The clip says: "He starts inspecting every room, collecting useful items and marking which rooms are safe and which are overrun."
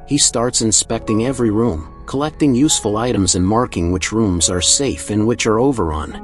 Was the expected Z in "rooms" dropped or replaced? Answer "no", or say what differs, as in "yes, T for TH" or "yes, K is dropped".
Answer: no